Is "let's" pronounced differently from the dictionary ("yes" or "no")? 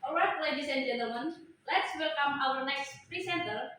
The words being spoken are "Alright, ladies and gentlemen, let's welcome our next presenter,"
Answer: no